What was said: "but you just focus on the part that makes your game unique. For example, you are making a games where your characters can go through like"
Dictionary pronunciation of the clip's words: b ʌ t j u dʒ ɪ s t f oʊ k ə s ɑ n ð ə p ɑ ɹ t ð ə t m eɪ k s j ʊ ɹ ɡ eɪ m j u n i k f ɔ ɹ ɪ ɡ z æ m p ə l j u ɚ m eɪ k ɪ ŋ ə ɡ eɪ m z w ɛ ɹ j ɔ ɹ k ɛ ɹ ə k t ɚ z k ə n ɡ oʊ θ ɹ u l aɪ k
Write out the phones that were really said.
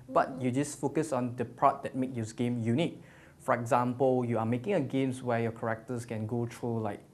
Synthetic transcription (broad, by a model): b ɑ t j u dʒ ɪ s f oʊ k ə s ɑ n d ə p ɑ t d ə t m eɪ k j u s ɡ eɪ m j u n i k f ɔ ɹ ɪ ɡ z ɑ m p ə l j u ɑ m eɪ k ɪ ŋ ə ɡ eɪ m s w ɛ j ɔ k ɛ ɹ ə k t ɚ s k ə n ɡ oʊ t ɹ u l aɪ k